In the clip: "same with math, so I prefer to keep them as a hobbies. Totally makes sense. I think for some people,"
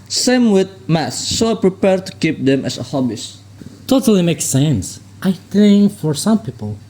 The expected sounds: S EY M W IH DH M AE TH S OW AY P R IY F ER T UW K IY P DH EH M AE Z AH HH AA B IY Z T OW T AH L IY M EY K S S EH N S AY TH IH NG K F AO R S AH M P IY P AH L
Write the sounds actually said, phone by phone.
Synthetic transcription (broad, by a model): S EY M W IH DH M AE S OW AY P R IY P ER T UW K IY P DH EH M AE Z AH HH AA B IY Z T OW T AH L IY M EY K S S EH N S AY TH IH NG F AO R S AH M P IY P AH L